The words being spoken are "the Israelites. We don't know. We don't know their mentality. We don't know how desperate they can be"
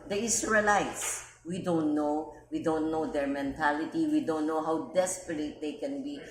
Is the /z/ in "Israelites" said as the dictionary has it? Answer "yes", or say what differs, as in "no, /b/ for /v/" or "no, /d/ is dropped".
no, /s/ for /z/